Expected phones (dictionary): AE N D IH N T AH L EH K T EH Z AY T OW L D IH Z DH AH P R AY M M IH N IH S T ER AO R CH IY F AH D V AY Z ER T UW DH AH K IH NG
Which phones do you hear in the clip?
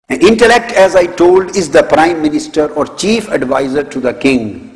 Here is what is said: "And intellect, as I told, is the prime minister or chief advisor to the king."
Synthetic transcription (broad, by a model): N IH N T AH L EH K T EH Z AY T OW L D IH Z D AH P R AY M M IH N IH S T ER AO R CH IY F AH D V AY Z ER T UW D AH K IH NG